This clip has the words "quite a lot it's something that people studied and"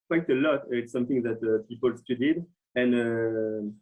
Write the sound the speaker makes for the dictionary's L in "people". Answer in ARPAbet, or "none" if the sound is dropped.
L